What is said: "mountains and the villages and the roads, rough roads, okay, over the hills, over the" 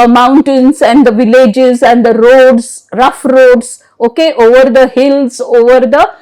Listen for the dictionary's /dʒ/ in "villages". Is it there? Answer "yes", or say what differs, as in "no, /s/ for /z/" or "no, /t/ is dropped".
yes